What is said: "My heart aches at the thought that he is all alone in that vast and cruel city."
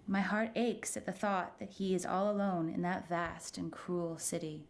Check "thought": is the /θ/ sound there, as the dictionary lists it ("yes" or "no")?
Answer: yes